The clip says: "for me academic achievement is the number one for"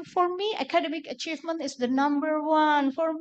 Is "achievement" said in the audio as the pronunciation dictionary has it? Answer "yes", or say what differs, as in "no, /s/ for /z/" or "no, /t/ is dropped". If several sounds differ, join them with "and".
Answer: yes